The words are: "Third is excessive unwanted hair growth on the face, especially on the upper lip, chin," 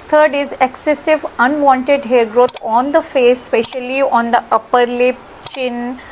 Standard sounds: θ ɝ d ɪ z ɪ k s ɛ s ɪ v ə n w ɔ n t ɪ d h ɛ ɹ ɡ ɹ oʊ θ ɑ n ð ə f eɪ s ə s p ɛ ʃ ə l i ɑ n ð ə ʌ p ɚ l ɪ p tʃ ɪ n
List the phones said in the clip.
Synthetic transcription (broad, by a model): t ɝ d ɪ z ɪ k s ɛ s ɪ v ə n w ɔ n t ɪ d h ɛ ɹ ɡ ɹ oʊ t ɑ n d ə f eɪ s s p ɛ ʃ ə l i ɑ n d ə ʌ p ɚ l ɪ p tʃ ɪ n